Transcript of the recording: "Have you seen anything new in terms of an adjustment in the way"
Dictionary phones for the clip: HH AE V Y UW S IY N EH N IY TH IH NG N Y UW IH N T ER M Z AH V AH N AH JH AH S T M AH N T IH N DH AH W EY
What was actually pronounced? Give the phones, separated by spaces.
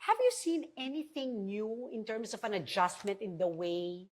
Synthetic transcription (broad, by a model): HH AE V Y UW S IY N EH N IY TH IH NG N Y UW IH N T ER M S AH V AH N AH JH AH S T M AH N T IH N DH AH W EY